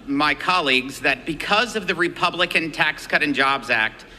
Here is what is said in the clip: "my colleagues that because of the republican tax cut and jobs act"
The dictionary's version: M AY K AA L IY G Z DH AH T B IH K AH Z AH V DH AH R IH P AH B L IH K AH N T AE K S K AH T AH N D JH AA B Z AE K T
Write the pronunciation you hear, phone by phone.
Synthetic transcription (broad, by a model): M AY K AA L IY G Z DH AH T B IH K AH Z AH V DH AH R IH P AH B L IH K AH N T AE K S K AH T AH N JH AA B Z AE K T